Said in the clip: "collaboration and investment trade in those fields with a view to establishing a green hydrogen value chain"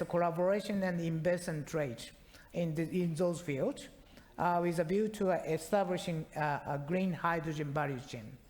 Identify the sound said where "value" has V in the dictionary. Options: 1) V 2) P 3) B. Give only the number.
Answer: 3